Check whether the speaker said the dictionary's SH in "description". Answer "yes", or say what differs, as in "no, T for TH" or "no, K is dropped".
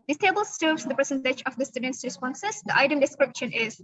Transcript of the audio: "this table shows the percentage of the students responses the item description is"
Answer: yes